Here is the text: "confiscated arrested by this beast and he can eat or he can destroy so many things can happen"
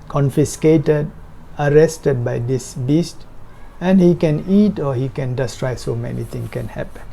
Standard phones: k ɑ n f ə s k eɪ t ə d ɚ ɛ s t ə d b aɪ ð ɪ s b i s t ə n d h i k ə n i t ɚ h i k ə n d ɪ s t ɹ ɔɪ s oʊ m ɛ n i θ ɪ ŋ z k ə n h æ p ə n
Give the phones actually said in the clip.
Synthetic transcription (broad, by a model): k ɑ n f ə s k eɪ t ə d ɚ ɛ s t ə d b aɪ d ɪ s b i s t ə n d h i k ə n i t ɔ h i k ə n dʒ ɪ s t ɹ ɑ s oʊ m ɛ n i t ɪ ŋ k ə n h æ p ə n